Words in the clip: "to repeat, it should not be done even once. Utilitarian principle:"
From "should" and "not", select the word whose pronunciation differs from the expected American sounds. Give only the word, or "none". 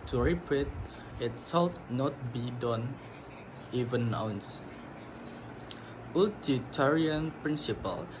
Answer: should